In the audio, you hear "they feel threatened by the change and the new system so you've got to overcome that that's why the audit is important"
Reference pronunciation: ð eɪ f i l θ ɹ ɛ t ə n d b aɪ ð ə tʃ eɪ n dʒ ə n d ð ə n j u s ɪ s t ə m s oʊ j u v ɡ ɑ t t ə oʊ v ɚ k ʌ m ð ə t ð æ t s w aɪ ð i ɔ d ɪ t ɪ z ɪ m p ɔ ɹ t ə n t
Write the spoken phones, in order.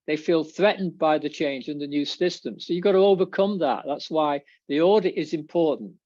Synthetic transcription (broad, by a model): ð eɪ f i l θ ɹ ɛ t n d b aɪ ð ə tʃ eɪ n dʒ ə n ð ə n j u s ɪ s t ə m s oʊ j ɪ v ɡ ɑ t t ə oʊ v ɚ k ʌ m ð ə t ð æ t s w aɪ ð i ɔ d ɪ t ɪ z ɪ m p ɔ ɹ t n t